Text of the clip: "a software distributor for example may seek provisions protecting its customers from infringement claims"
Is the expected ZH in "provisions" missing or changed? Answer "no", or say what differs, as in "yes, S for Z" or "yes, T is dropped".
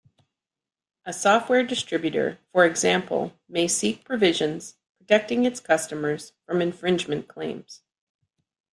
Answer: no